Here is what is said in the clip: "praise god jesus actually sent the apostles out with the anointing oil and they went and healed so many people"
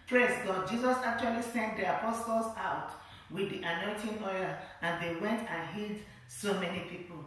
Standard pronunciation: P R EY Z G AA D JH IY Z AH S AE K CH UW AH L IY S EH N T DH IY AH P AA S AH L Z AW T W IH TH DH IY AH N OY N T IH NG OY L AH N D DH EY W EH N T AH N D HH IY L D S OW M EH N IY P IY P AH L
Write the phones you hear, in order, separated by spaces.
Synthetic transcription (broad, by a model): P R EY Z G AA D JH IY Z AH S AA K CH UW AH L IY S EH N T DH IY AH P AA S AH L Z AW T W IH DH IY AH N OY N T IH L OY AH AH N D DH EY W EH N T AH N HH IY D S OW M EH N IY P IY P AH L